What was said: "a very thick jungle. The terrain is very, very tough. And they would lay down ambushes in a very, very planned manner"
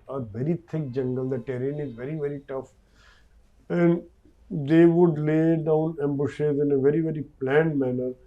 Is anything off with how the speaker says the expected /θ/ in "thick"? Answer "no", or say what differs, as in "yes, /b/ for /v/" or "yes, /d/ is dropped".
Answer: yes, /t/ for /θ/